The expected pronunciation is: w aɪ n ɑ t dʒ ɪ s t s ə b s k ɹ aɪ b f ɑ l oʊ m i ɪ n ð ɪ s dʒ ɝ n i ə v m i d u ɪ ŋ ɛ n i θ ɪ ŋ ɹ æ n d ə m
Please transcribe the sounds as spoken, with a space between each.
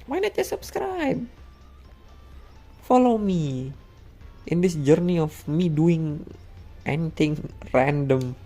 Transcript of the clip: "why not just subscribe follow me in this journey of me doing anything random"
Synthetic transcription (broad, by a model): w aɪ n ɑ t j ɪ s s ə b s k ɹ aɪ b f ɑ l oʊ m i ɪ n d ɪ s dʒ ɝ n i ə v m i d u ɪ ŋ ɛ n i t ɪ ŋ ɹ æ n d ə m